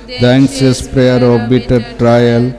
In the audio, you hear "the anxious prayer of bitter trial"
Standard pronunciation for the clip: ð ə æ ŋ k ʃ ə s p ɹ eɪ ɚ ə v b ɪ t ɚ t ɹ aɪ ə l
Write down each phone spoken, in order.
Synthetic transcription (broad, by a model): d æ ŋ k s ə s p ɹ eɪ ɚ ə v b ɪ t ɚ t ɹ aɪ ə l